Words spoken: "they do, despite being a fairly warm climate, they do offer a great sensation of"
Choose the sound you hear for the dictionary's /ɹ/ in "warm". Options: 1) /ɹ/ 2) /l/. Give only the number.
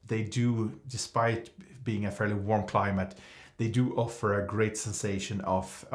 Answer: 1